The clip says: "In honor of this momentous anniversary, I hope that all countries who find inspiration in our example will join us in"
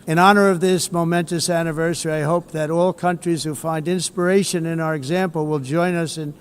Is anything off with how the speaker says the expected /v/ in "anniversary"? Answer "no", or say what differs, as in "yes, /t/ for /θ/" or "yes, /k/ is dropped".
no